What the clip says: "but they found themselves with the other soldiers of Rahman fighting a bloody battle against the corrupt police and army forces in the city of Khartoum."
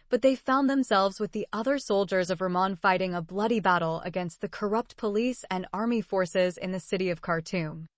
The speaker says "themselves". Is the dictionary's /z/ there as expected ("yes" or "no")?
yes